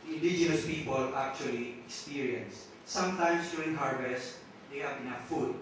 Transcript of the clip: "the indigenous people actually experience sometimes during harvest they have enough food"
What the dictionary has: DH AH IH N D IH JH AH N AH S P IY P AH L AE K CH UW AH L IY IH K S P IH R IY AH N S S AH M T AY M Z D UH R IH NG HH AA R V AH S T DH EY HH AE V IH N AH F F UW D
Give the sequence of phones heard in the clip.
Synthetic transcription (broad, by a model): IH N D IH JH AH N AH S P IY P AH L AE K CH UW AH L IY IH K S P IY R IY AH N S S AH M T AY M S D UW IH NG HH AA R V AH S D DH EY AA P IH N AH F F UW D